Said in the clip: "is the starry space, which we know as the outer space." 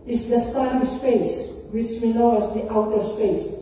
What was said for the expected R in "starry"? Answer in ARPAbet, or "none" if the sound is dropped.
none